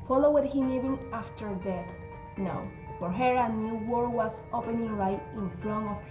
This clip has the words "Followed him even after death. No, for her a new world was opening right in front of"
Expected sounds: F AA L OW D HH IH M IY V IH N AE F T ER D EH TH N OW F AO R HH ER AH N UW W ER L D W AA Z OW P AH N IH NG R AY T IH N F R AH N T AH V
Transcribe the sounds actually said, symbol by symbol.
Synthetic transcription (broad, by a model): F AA L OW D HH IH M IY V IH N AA F T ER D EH N OW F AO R HH ER AH N UW W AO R W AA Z OW P AH N IH NG R AY T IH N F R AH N AH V